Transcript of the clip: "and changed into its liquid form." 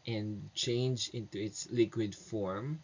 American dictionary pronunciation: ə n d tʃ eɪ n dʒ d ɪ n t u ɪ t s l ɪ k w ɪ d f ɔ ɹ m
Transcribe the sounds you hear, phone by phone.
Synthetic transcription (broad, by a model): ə n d tʃ eɪ n dʒ ɪ n t u ɪ t s l ɪ k w ɪ d f ɔ ɹ m